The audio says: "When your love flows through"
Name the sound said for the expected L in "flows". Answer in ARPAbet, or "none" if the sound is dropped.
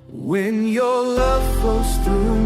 none